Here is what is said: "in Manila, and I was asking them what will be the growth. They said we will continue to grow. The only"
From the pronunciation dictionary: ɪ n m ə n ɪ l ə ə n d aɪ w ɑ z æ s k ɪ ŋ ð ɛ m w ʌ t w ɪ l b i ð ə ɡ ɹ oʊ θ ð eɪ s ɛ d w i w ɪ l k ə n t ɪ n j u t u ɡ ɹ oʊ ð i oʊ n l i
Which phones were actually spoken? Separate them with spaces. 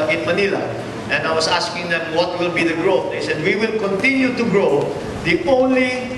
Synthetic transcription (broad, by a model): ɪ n m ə n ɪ l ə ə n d aɪ w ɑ s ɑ s k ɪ ŋ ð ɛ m w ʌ t w ɪ l b i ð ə ɡ ɹ oʊ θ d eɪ s ɛ d w i w ɪ l k ə n t ɪ n j u t u ɡ ɹ oʊ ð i oʊ n l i